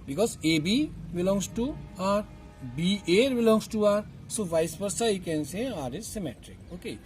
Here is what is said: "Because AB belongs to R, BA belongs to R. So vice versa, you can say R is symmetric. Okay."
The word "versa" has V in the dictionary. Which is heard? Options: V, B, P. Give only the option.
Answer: P